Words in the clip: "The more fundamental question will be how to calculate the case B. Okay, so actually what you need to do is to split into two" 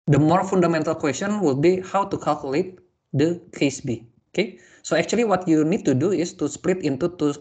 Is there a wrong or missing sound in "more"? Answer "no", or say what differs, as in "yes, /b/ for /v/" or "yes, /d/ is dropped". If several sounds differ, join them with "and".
no